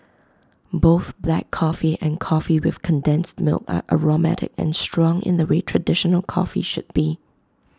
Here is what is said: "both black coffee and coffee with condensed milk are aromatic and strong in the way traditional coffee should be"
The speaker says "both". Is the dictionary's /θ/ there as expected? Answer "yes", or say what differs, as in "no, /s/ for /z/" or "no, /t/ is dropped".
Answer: yes